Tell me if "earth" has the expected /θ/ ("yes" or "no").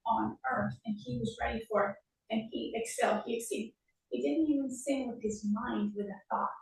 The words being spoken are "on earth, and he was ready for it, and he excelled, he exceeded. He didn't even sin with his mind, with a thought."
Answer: yes